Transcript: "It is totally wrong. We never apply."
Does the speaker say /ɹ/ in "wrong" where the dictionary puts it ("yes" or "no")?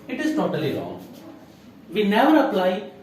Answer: no